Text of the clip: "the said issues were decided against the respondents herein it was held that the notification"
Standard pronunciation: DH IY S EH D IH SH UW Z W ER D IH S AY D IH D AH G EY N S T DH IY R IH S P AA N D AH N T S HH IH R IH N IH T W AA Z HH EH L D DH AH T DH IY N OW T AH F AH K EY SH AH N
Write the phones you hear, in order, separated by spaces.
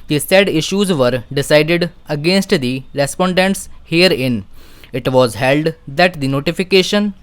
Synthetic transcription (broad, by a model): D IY S EH D IH SH UW Z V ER D IH S AY D IH D AH G EY N S T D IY R IH S P AA N D AH N T S HH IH R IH N IH T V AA Z HH EH L D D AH T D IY N OW T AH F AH K EY SH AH N